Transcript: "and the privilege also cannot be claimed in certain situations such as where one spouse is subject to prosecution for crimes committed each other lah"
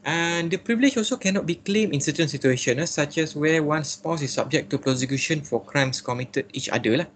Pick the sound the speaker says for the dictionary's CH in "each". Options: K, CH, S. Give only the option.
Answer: CH